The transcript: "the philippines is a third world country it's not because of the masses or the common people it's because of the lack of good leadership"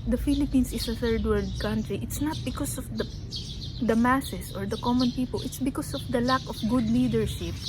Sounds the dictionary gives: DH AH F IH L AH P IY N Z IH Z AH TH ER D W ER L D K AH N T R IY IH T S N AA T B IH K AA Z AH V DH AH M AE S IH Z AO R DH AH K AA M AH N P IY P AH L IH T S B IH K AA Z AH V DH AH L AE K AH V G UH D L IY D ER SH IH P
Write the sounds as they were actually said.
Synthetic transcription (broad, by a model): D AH F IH L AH P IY N S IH S AH TH ER D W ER D K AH N T R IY IH T S N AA T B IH K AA S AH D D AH M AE S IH S AO R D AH K AA M AH N P IY P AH L IH T S B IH K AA S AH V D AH L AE K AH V G UH D L IY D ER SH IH P